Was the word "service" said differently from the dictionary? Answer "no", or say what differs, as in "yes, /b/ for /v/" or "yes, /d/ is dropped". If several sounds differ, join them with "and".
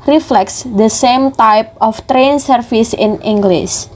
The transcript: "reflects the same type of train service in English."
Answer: yes, /f/ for /v/